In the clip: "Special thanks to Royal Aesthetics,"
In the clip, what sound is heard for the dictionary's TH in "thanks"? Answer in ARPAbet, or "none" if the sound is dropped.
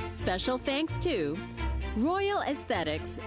TH